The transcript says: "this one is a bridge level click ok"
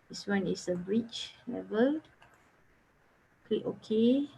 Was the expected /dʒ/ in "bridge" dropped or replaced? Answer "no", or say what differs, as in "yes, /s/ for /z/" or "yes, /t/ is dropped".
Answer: yes, /tʃ/ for /dʒ/